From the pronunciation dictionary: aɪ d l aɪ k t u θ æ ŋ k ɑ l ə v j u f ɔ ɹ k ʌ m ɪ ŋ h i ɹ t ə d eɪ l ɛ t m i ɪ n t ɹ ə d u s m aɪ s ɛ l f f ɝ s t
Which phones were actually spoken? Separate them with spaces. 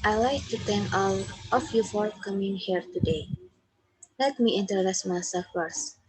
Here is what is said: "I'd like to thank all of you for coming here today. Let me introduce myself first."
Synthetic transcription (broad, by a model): aɪ l aɪ k t u t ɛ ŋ k ɑ l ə f j u f ɔ ɹ k ʌ m ɪ ŋ h i ɹ t ə d eɪ l ɛ t m i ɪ n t ə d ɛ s m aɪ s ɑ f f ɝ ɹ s